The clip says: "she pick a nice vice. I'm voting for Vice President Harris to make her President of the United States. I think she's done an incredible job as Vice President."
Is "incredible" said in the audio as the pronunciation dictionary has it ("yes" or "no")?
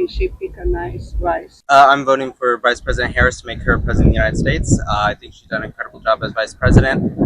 no